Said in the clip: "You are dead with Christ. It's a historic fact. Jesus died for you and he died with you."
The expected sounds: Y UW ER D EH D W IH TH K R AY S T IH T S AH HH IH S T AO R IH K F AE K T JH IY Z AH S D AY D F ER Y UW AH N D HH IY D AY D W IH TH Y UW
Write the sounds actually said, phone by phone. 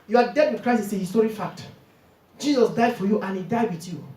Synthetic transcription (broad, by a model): Y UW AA D EH D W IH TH K R AY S IH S AH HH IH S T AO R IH F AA K T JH IY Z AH S D AY D F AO Y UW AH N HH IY D AY D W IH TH Y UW